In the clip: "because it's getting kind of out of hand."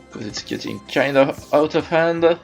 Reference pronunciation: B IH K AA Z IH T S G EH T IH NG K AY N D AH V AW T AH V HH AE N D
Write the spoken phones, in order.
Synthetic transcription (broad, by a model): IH K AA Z IH T S G EH T IH NG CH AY N AH AW T AH V HH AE N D